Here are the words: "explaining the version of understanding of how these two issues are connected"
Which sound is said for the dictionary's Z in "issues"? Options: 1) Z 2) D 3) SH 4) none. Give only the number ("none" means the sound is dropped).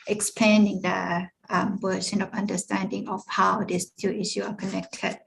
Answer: 4